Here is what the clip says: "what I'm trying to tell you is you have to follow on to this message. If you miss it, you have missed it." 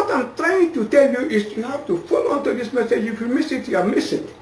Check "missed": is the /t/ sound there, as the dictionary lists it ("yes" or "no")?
no